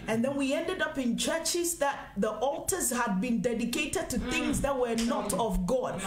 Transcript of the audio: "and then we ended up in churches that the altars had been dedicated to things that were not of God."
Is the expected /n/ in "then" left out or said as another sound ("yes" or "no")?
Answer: no